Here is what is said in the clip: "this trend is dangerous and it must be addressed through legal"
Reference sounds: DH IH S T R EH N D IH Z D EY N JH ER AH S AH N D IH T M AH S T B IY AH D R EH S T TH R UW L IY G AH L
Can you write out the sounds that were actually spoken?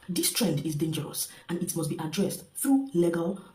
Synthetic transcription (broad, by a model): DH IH S T R EH N D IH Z D EY N JH ER AH S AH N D IH T M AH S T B IY AH D R EH S T TH R UW L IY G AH L